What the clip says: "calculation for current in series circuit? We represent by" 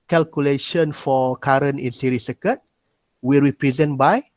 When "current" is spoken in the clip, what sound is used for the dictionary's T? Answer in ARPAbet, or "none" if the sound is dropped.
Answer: none